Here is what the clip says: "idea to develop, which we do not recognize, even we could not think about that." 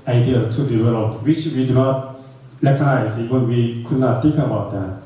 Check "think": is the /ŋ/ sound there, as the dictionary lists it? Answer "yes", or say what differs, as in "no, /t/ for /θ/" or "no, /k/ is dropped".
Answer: no, /ŋ/ is dropped